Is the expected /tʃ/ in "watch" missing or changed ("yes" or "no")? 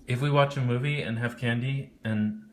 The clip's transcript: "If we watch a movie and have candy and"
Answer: no